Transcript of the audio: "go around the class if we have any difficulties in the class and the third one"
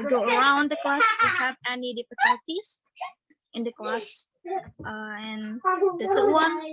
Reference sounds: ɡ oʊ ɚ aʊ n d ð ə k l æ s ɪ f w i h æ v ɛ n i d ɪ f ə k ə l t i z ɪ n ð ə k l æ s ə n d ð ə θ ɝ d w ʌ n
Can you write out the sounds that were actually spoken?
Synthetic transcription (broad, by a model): ɡ oʊ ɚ aʊ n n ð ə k l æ s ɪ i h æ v ɛ n i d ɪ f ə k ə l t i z ɪ n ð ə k l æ s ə n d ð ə s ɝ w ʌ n